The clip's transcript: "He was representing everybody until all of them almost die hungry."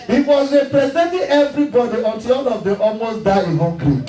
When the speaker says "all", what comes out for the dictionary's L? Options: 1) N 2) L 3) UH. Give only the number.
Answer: 1